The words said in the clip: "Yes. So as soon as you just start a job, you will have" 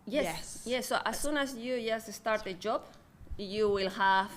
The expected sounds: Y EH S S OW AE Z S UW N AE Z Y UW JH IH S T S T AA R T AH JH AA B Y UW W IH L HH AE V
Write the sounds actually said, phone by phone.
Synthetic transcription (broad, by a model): Y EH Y S OW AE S S UW N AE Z Y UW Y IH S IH S T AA R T AH JH AA B Y UW W IH L HH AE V